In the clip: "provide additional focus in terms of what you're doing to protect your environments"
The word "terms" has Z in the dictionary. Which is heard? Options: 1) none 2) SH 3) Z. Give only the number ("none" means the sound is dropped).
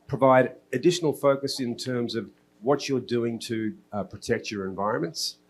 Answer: 3